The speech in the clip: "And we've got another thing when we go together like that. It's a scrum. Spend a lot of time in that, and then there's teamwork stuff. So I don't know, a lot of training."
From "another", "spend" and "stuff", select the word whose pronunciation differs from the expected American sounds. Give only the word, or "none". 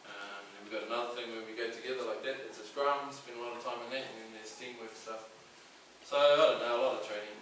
spend